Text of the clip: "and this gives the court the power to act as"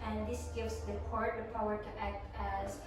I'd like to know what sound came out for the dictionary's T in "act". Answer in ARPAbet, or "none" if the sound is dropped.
T